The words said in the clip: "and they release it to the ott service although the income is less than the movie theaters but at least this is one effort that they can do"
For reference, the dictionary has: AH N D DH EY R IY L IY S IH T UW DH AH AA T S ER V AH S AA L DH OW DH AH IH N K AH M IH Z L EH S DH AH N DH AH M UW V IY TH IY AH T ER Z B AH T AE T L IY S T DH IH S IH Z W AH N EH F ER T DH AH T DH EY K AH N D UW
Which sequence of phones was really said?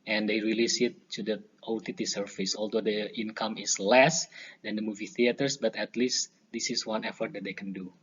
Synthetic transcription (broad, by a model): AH N D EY R IY L IY S IH T UW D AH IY T S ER F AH S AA L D OW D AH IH N K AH M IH S L EH S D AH N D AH M UW V IY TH IY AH T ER S B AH T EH T L IY S T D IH S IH S W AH N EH F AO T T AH T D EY K AH N D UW